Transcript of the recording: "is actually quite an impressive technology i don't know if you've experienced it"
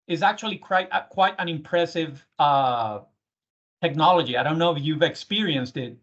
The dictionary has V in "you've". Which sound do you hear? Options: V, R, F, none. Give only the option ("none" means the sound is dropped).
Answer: V